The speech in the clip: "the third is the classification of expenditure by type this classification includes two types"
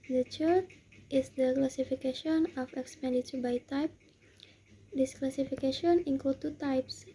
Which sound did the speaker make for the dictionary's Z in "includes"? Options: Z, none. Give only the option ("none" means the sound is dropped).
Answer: none